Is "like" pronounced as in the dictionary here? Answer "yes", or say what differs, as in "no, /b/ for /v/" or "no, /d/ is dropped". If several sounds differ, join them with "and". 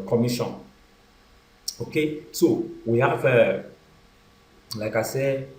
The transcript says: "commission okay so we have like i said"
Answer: yes